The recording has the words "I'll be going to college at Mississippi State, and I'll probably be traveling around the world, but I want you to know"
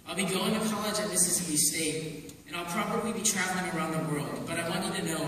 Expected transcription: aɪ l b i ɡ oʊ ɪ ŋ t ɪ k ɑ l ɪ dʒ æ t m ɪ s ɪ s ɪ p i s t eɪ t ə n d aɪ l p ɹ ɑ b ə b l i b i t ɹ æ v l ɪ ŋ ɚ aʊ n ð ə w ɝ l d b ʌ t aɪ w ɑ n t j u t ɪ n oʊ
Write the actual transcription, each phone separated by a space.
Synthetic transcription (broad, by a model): aɪ l b i ɡ oʊ ɪ ŋ t ɪ k ɑ l ɪ dʒ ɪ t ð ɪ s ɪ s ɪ i s t eɪ t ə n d aɪ l p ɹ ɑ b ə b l i b i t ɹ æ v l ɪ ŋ ɚ aʊ n ð ə w ɝ l d b ʌ t aɪ w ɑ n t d t ɪ n oʊ